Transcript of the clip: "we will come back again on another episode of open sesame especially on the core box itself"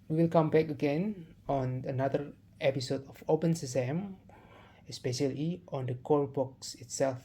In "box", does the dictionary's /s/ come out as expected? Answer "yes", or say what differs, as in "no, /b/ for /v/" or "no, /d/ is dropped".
yes